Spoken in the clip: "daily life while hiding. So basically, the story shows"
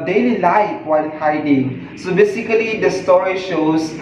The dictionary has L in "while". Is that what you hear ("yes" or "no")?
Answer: no